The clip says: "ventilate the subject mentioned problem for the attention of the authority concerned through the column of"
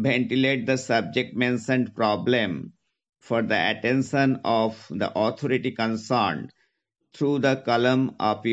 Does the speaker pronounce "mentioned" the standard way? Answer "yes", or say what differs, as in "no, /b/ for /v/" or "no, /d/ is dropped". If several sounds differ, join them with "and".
no, /s/ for /ʃ/